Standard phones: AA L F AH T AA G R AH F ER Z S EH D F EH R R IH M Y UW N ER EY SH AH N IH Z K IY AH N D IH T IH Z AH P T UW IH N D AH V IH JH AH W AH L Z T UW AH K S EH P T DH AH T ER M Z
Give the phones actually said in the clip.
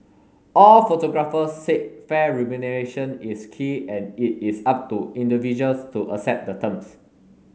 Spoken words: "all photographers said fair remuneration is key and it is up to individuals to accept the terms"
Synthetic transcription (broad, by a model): AA L F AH T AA G R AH F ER S EH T F EH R R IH M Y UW N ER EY SH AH N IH S K IY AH N IH T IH S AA P T UW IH N D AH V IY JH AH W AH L S T UW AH S EH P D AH T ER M S